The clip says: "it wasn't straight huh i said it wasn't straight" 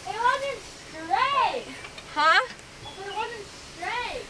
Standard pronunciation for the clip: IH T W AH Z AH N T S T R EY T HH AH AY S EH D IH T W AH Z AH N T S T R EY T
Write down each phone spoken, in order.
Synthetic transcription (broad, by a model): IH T W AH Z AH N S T R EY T HH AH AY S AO IH T W AH Z AH N T S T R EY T